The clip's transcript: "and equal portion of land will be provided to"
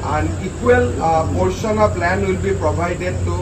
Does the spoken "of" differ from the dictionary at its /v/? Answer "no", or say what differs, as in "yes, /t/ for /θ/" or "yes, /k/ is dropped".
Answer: yes, /p/ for /v/